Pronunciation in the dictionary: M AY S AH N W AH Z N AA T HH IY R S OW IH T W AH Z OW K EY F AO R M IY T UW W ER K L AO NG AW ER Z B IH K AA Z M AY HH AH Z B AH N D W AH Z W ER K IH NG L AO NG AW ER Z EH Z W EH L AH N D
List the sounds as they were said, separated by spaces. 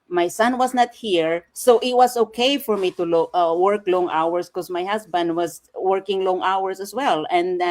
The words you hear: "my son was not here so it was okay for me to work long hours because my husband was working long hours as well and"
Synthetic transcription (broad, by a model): M AY S AH N W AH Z N AA T HH IY R S OW IH T W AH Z OW K EY F AO R M IY T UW W ER K L AO NG AW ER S K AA S M AY HH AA S B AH N D W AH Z W ER K IH NG L AO NG AW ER S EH S W EH L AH N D